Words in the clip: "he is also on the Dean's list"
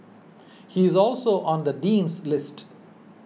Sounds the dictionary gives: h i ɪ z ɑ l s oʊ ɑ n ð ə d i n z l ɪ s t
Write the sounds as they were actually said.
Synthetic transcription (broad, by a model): h i ɪ z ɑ l s oʊ ɑ n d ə d i n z l ɪ s t